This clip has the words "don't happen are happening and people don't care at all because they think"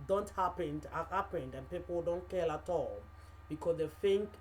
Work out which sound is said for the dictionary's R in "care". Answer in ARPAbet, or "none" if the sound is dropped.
L